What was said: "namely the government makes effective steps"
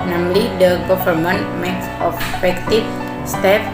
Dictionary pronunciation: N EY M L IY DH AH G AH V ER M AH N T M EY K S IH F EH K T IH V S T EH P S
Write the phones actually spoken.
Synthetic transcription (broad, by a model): N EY M L IY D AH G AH F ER M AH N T M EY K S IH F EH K T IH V S T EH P